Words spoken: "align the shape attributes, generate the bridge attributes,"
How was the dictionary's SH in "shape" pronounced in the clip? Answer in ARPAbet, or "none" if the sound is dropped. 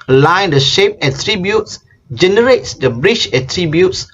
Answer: SH